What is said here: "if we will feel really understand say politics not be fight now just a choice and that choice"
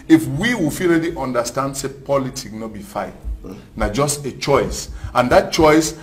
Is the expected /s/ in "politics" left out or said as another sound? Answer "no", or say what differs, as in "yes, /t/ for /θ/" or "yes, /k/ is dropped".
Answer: yes, /s/ is dropped